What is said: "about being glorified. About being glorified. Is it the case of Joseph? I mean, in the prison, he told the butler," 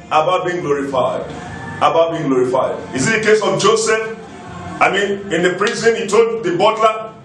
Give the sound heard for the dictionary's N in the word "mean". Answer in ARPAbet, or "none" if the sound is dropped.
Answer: N